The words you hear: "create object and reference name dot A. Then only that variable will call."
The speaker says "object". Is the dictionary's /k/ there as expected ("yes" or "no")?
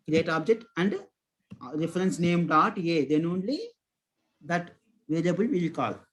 yes